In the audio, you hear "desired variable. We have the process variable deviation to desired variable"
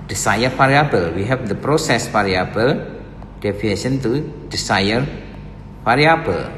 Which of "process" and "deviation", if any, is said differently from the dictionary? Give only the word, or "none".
deviation